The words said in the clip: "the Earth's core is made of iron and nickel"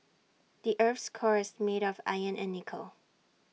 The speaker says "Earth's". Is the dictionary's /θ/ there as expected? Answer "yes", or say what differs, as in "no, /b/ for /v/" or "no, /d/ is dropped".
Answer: no, /f/ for /θ/